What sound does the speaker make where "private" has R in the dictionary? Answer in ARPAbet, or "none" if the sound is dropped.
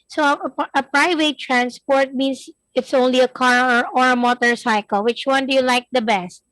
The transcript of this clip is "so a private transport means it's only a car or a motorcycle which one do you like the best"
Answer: R